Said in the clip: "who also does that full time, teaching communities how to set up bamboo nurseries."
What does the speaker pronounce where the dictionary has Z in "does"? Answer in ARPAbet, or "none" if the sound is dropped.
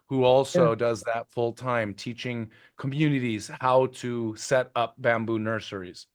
Z